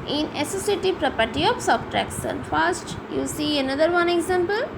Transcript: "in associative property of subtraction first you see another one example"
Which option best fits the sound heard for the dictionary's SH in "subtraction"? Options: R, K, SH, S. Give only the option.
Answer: S